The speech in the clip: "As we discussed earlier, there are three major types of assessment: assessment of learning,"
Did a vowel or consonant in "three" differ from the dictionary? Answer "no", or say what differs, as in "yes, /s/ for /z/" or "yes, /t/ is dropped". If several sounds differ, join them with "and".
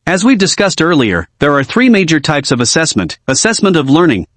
no